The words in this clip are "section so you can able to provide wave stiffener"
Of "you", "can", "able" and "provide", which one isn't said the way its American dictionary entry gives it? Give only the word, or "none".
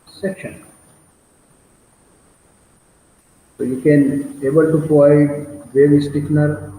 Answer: provide